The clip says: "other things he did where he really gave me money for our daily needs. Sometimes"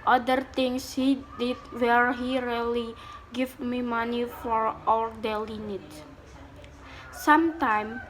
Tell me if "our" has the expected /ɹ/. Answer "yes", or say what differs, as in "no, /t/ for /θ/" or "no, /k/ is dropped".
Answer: no, /l/ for /ɹ/